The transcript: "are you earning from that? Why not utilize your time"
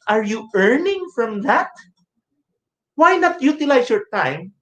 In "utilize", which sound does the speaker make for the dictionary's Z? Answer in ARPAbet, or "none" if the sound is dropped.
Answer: S